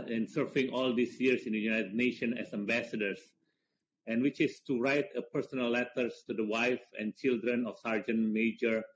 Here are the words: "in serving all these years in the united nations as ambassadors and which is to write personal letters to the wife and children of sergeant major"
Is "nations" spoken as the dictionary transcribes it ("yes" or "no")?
no